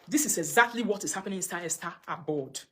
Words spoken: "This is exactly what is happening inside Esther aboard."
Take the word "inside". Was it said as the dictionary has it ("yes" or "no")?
no